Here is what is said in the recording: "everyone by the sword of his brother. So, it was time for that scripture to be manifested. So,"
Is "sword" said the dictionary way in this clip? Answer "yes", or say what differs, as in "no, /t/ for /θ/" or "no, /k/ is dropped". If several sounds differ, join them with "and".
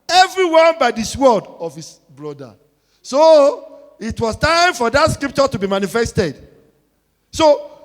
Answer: no, /l/ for /ɹ/